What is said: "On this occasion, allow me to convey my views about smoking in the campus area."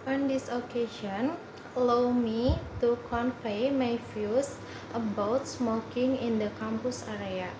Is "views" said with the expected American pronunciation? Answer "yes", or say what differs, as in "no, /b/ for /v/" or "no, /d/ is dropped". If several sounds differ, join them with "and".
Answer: no, /f/ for /v/